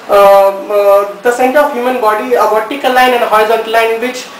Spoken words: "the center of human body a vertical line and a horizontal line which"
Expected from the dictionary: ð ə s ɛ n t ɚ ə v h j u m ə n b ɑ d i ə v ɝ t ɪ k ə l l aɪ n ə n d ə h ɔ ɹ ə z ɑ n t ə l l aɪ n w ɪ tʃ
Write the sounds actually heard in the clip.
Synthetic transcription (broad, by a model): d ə s ɛ n t ɚ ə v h j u m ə n b ɑ d i ə b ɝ t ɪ k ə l l aɪ n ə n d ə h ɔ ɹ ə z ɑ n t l l aɪ n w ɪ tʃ